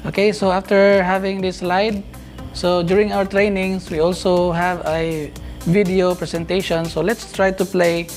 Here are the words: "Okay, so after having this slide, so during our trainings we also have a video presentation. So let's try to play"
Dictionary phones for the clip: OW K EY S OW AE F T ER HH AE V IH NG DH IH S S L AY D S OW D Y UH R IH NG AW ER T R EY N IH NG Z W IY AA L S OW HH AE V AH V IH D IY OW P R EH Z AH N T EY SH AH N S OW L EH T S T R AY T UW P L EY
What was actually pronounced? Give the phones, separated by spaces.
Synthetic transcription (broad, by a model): OW K EY S OW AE F T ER HH AE V IH NG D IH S S L AY D S OW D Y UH R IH NG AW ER T R EY N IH NG S W IY AA L S OW HH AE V AH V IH D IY OW P R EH S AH N T EY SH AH N S OW L EH T S T R AY T UW P L EY